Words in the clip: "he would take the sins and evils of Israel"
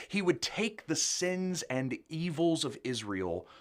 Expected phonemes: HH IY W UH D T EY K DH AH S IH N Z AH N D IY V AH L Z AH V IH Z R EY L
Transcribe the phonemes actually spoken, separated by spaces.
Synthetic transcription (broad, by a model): HH IY W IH D T EY K DH AH S IH N Z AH N IY V L Z AH V IH Z R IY L